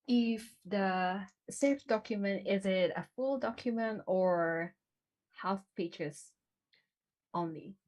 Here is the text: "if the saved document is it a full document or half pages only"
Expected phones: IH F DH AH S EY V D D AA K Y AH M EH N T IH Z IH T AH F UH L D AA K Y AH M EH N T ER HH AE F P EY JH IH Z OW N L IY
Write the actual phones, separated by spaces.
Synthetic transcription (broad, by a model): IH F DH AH S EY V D D AA K Y AH M EH N T IH Z IH T AH F UH L D AA K Y AH M EH N T ER HH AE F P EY CH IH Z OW N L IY